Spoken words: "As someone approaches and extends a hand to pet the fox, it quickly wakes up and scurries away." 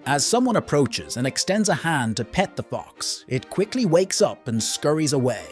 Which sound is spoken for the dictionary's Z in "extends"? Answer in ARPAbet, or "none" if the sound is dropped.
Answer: Z